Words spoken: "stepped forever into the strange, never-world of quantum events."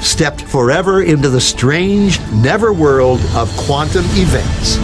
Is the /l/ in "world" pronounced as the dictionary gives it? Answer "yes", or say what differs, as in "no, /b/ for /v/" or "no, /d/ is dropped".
yes